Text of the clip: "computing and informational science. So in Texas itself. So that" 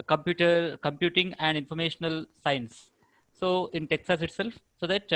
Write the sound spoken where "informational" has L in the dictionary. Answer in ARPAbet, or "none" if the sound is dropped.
L